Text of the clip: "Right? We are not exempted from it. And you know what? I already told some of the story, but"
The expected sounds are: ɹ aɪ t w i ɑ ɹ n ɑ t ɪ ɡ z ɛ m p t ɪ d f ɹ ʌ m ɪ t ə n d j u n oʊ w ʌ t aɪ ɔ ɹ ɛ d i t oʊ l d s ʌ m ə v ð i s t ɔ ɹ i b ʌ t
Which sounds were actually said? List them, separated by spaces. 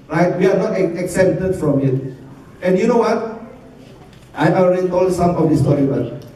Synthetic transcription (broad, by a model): ɹ aɪ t w i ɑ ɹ n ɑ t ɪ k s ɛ p t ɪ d f ɹ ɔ m ɪ t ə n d j u n oʊ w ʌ t aɪ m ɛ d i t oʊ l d s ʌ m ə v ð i s t ɔ ɹ i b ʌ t